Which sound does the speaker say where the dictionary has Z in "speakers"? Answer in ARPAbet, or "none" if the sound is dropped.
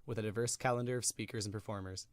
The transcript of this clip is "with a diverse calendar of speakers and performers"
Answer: Z